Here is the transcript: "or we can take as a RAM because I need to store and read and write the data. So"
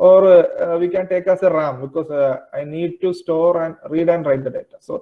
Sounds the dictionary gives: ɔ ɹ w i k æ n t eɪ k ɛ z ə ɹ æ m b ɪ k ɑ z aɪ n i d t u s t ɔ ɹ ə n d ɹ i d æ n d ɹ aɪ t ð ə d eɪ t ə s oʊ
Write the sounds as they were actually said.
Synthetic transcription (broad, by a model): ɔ ɹ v i k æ n t eɪ k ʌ s ə ɹ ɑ m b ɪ k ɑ s aɪ n i d t u s t ɔ ɹ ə n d ɹ i d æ n d ɹ aɪ t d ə d eɪ t ə s oʊ